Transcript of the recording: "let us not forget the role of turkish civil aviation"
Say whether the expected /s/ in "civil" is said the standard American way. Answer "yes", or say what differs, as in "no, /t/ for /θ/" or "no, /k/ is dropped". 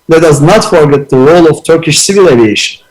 yes